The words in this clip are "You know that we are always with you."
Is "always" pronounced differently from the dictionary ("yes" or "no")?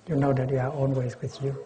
yes